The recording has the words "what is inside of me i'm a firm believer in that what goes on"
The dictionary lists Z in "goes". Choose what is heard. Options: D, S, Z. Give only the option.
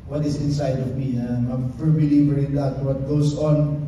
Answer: S